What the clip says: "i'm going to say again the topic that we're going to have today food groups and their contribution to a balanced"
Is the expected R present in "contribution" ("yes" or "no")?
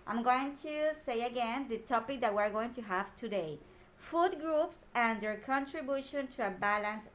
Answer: yes